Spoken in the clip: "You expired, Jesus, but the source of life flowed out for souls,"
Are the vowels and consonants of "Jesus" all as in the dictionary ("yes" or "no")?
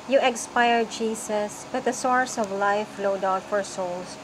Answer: no